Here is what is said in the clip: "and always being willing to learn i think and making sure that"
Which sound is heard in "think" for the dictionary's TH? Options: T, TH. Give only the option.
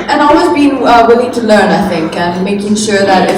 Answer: TH